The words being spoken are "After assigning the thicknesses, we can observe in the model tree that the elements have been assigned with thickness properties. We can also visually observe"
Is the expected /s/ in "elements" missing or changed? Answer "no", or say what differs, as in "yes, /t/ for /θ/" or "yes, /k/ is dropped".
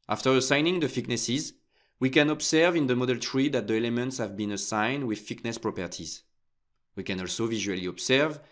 no